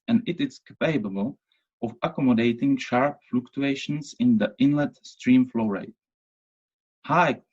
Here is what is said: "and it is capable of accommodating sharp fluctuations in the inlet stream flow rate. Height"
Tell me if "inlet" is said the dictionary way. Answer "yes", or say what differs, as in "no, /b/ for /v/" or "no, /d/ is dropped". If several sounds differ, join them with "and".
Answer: yes